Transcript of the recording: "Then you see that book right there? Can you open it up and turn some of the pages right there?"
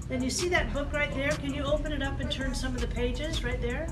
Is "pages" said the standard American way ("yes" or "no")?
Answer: yes